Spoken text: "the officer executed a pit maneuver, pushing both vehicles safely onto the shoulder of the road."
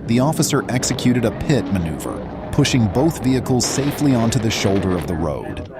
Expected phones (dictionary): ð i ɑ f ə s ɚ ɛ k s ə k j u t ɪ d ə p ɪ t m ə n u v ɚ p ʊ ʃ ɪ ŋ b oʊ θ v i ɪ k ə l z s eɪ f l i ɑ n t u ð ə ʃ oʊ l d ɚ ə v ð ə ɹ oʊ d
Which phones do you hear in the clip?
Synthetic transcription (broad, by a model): ð i ɑ f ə s ɚ ɛ k s ə k j u t ɪ d ə p ɪ t m ə n u v ɚ p ʊ ʃ ɪ ŋ b oʊ θ v i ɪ k l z s eɪ f l i ɑ n t u ð ə ʃ oʊ l d ɚ ə v ð ə ɹ oʊ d